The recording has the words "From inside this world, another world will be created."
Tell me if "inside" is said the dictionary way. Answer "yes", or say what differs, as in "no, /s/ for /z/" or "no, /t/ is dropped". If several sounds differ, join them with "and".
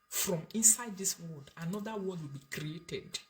yes